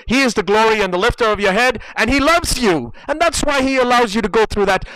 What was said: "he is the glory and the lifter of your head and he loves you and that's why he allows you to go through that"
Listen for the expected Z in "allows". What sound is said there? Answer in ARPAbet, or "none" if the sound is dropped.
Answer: Z